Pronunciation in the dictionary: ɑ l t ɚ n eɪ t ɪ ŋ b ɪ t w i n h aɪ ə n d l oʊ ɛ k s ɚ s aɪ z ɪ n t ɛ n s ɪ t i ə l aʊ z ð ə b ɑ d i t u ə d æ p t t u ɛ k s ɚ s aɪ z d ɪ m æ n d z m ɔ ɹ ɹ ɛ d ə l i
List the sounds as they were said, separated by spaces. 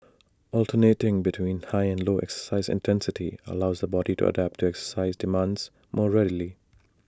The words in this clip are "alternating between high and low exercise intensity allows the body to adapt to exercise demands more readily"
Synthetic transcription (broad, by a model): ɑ l t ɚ n eɪ t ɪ ŋ b ɪ t w i n h aɪ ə n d l oʊ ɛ k s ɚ s aɪ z ɪ n t ɛ n s ɪ t i ə l aʊ z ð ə b ɑ d i t u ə d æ p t t u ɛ k s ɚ s aɪ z d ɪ m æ n d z m ɔ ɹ ɹ ɛ d ə l i